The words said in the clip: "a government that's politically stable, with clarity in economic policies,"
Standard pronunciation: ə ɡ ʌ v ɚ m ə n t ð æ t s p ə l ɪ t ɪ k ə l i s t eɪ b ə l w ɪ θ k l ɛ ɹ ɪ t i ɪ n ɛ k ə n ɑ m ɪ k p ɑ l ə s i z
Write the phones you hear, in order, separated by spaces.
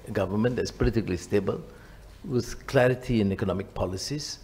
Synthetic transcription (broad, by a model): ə ɡ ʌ v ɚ m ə n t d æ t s p ə l ɪ t ɪ k ə l i s t eɪ b ə l w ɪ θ k l ɛ ɹ ɪ t i ɪ n ɛ k ə n ɑ m ɪ k p ɑ l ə s i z